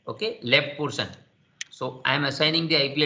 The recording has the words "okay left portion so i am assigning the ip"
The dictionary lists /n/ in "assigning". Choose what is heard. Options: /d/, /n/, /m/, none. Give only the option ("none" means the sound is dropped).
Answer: /n/